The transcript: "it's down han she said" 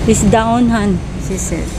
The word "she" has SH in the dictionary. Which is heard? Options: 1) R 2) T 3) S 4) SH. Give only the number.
3